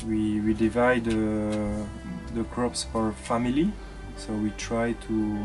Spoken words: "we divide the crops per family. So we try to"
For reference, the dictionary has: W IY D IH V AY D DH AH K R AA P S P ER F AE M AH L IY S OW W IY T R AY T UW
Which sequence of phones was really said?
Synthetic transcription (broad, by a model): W IY D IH V AY D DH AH K R AA P S F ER F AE M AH L IY S OW W IY T R AY T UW